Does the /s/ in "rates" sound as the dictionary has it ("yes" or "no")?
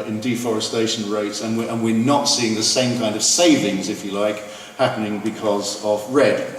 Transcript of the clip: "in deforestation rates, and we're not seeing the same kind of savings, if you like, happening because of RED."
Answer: yes